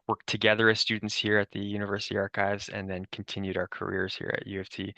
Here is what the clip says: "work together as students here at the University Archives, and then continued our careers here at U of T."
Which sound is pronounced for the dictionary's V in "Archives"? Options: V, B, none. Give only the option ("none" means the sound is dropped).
V